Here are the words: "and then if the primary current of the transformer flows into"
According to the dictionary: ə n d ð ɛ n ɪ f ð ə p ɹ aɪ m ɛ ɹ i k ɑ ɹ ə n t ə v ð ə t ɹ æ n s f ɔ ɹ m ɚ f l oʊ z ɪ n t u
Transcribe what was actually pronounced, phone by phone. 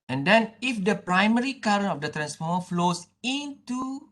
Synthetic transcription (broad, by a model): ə n d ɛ n ɪ f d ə p ɹ aɪ m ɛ ɹ i k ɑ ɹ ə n ə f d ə t ɹ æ n s f ɔ m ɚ f l oʊ s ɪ n t u